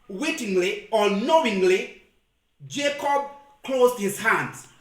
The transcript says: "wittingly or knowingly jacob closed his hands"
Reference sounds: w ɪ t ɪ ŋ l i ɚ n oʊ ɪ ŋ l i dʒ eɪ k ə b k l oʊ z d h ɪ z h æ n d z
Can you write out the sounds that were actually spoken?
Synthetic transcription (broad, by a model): w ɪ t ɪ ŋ l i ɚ n oʊ ɪ ŋ l i dʒ eɪ k ə b k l oʊ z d h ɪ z h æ n d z